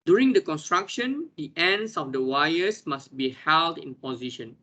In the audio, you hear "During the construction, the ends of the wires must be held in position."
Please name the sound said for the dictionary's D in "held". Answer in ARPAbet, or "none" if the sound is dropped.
D